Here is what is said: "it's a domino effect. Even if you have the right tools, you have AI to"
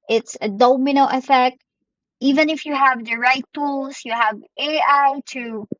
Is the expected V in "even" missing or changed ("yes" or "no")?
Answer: no